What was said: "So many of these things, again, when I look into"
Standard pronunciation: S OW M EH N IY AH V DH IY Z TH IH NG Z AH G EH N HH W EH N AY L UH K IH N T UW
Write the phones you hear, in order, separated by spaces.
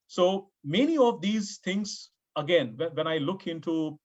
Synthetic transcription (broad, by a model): S OW M EH N IY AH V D IY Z T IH NG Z AH G EH N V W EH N AY L UH K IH N T UW